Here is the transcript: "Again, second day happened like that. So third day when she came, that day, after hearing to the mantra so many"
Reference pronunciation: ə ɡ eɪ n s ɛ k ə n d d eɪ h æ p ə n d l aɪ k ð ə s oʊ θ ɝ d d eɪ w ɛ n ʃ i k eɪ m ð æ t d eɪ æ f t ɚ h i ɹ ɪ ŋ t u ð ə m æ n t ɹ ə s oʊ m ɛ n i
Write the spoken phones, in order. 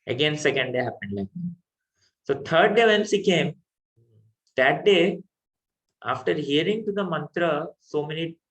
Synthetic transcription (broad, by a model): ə ɡ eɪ n s ɛ k ə n d d eɪ h æ p ə n d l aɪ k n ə s oʊ t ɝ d d eɪ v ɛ n s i k eɪ m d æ t d eɪ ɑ f t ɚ h i ɹ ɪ ŋ t u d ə m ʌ n t ɹ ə s oʊ m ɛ n i